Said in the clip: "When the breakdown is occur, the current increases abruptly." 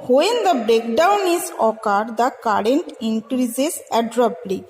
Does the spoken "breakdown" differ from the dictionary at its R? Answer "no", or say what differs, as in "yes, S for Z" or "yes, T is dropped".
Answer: no